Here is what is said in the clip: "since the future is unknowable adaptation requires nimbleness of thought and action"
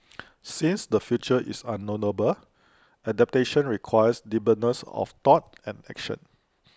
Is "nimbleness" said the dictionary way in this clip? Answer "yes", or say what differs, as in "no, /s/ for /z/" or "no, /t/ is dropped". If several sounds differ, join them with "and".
no, /m/ is dropped and /l/ is dropped